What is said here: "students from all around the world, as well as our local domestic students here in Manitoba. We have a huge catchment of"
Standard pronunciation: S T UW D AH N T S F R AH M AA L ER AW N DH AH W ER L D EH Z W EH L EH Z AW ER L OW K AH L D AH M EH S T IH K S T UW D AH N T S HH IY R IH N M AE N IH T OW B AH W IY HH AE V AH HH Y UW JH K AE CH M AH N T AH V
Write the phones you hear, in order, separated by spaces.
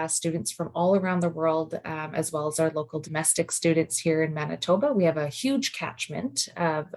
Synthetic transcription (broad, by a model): S T UW D N T S F R AH M AA L ER AW N DH AH W ER L D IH Z W EH L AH Z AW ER L OW K L D AH M EH S T IH K S T UW D N T S HH IY R IH N M AE N IH T OW B AH W IY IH V AH HH Y UW JH K AE CH M AH N T